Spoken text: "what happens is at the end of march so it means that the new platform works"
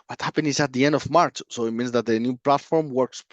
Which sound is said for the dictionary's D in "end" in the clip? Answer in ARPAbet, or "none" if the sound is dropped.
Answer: D